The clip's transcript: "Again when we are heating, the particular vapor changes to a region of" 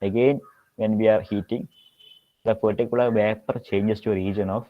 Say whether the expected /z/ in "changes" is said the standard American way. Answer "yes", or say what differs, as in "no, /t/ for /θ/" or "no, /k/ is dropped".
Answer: no, /s/ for /z/